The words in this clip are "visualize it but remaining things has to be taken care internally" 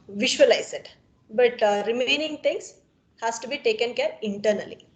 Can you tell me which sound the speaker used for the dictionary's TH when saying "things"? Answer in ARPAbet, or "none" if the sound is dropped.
T